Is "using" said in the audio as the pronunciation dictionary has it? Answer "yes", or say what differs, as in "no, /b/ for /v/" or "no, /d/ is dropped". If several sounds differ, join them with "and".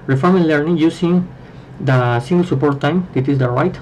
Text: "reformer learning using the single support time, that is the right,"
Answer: no, /s/ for /z/